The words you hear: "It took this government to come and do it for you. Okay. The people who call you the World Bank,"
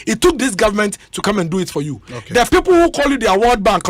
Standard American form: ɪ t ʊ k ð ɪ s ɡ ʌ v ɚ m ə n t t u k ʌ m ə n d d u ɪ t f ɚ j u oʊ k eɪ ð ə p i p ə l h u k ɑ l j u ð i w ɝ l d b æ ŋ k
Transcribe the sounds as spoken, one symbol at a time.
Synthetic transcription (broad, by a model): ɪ t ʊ k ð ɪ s ɡ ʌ v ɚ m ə n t t u k ʌ m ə n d d u ɪ t f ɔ j u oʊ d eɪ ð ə p i p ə l h u k ɑ l j u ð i w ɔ d b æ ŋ k